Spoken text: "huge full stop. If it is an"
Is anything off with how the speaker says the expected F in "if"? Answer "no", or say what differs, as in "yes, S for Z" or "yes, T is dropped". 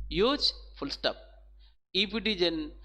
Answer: yes, P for F